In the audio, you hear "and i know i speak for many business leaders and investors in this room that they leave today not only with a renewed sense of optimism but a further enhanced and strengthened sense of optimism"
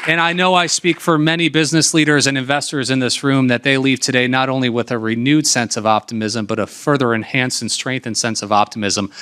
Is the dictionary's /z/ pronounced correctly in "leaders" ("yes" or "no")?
yes